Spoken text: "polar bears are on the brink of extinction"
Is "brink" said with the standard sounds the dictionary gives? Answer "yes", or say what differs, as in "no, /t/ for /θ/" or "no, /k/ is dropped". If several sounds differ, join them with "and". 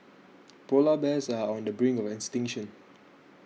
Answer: no, /k/ is dropped